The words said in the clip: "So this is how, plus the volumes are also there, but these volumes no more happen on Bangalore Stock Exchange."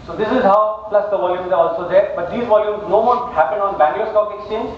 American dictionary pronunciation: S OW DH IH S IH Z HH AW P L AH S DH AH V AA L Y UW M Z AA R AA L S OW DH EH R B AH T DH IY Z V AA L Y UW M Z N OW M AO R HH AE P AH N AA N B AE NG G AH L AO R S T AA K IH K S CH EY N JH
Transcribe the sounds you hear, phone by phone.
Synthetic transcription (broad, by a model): S OW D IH S IH Z HH AW P L AH S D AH V AA L Y UW M Z AA R AA L S OW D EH R B AH T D IY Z V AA L Y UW M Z N OW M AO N HH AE P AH N AA N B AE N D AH AO S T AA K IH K S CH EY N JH